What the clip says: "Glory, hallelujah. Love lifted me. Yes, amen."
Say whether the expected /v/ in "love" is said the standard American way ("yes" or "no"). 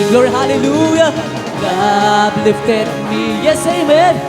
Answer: no